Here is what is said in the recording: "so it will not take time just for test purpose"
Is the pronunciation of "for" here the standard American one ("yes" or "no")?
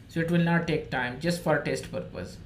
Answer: yes